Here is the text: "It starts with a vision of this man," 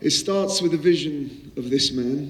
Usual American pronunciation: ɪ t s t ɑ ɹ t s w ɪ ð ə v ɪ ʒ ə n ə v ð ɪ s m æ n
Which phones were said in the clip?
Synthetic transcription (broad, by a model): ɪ t s t ɑ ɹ t s w ɪ ð ə v ɪ ʒ ə n ə v ð ɪ s m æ n